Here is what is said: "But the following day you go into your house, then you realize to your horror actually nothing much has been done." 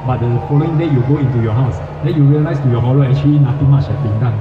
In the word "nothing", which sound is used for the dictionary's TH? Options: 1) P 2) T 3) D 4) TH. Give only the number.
2